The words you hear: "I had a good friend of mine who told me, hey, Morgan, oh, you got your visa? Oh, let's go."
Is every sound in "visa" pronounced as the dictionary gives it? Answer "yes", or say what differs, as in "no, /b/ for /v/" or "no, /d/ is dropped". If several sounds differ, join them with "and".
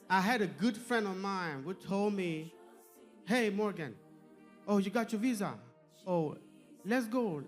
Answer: yes